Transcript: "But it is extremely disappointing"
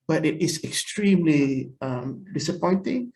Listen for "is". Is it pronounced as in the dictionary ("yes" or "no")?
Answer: no